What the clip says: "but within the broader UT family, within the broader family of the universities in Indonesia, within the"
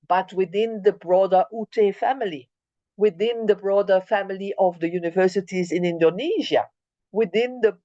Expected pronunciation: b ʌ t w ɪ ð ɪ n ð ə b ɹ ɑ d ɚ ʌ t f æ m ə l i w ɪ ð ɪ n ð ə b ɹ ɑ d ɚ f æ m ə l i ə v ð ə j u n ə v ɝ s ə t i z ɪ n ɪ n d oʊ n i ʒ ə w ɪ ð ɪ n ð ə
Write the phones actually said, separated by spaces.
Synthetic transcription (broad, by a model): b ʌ t w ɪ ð ɪ n ð ə b ɹ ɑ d ɚ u t f æ m ə l i w ɪ ð ɪ n ð ə b ɹ ɑ d ɚ f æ m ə l i ə v ð ə j u n ə v ɝ s ə t i z ɪ n ɪ n d oʊ n i ʒ ə w ɪ ð ɪ n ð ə